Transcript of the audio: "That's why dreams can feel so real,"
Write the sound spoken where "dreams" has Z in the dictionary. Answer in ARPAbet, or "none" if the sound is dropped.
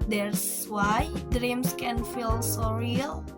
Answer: S